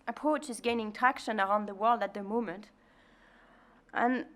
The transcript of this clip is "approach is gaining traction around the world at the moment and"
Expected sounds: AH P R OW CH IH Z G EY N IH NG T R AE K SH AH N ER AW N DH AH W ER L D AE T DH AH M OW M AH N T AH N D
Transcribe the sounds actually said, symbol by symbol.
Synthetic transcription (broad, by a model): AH P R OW CH IH Z G EY N IH NG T AE K SH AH N ER AW N DH AH W ER L D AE T DH AH M OW M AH N T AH N